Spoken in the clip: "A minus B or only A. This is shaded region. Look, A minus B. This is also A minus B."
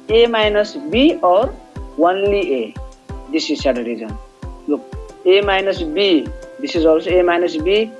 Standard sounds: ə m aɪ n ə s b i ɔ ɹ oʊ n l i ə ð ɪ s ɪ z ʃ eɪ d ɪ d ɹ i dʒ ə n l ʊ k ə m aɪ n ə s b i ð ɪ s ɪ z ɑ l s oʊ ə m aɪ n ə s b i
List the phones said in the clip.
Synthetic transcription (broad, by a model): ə m aɪ n ə s b i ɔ ɹ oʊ n l i ə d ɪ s ɪ z s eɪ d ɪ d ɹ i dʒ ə n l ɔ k ə m aɪ n ə s b i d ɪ s ɪ z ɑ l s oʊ ə m aɪ n ə s b i